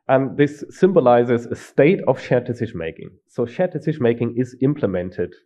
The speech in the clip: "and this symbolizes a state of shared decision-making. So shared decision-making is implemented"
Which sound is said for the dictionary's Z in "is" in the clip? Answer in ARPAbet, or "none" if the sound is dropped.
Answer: Z